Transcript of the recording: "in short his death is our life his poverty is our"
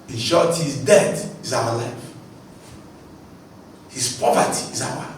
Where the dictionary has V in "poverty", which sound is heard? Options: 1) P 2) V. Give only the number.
1